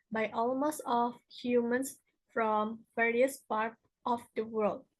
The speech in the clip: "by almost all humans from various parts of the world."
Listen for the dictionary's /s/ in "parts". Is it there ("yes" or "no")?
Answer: no